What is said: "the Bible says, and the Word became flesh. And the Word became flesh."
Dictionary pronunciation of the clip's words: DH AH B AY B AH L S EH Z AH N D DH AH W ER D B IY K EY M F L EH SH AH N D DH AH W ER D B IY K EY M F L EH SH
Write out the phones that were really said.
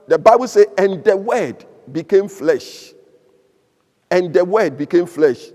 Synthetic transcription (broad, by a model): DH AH B AY B AH L S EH AH N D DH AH W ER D B IY K EY M F L EH SH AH N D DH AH W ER D B IY K EY M F L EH SH